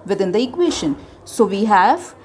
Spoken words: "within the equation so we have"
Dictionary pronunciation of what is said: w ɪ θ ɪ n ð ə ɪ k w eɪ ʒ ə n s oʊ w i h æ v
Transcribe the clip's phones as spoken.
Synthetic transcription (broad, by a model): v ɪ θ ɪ n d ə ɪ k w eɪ ʃ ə n s oʊ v i h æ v